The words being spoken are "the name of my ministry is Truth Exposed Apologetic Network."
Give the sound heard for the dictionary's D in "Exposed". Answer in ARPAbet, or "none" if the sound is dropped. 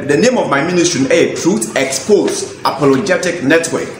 none